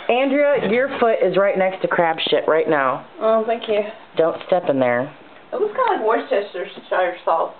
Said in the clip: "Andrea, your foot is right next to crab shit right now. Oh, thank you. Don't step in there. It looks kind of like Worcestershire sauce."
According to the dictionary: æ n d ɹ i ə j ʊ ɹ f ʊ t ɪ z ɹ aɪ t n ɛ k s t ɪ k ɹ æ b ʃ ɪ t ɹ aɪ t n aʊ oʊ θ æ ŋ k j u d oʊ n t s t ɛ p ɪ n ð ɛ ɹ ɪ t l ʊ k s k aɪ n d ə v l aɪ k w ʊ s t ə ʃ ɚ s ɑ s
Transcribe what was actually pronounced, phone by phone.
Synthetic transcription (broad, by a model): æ n d ɹ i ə j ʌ ɹ f ʊ t ɪ z ɹ aɪ t n ɛ k s t ɪ k ɹ æ b ʃ ɪ t ɹ aɪ t n aʊ oʊ θ æ ŋ k j u d oʊ n t s t ɛ p ɪ n ð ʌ ɹ ɪ t w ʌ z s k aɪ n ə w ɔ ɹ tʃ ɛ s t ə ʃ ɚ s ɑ